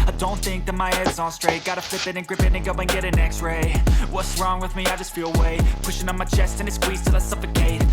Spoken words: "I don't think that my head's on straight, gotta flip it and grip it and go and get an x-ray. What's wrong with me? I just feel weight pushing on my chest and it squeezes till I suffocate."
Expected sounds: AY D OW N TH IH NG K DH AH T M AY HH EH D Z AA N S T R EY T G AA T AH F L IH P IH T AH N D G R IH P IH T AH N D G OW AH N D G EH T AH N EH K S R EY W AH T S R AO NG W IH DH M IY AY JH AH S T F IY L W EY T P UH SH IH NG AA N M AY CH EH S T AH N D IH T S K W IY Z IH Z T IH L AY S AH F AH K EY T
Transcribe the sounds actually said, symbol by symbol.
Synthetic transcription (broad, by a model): AY D OW N TH IH NG K DH AH T M AY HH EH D IH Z S T R EY T G AA T AH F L IH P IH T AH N G R IH P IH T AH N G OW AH N G EH T AH N EH K S R EY W AH T S R AO NG W IH DH M IY AY JH AH S T F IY L W EY P UH SH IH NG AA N M AY CH EH S T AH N IH T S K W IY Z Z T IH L AY S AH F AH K EY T